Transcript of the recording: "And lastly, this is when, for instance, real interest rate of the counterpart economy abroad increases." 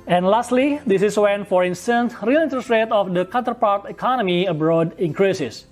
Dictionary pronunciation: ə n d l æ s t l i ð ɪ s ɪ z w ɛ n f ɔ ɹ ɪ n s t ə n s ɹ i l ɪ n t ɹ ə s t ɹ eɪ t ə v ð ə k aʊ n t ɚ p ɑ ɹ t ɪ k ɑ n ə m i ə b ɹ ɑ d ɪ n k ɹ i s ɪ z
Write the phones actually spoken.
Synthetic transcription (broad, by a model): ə n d l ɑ s t l i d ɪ s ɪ s w ɛ n f ɔ ɹ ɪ n s t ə n s ɹ i l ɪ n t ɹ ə s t ɹ eɪ t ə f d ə k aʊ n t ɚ p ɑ ɹ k ɪ k ɑ n ə m i ə b ɹ ɑ d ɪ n k ɹ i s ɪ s